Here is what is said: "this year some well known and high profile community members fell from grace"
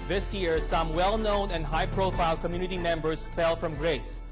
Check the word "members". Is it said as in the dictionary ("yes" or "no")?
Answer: no